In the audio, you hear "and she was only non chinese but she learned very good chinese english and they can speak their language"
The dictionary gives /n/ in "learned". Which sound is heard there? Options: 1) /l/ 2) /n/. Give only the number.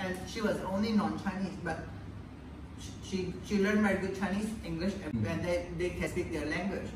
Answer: 1